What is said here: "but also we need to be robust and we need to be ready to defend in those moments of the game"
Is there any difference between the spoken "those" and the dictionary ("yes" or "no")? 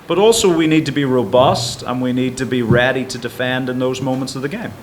no